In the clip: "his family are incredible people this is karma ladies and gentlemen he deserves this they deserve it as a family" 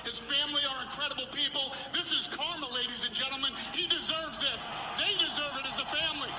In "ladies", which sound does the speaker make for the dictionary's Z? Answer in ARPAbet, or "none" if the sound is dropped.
Z